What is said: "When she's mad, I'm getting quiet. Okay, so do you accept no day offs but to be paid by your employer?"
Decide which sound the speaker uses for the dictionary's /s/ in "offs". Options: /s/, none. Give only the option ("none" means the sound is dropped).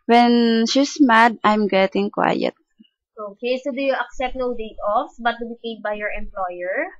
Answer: none